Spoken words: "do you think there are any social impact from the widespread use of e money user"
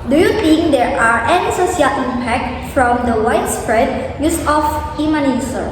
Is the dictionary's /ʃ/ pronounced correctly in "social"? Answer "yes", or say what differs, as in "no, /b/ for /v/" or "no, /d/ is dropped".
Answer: no, /s/ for /ʃ/